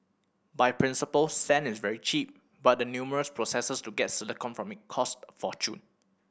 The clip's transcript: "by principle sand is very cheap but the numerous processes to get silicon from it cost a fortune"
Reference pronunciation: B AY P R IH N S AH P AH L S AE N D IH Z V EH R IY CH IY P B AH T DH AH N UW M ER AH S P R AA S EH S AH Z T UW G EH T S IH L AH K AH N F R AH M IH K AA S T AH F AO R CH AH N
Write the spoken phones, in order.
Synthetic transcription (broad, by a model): B AY P R IH N S AH P AH L S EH N IH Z V EH R IY CH IY P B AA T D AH N UW M ER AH S P R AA S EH S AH S T UW G EH T S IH L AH K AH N F R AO M IH K AA S T F AO CH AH N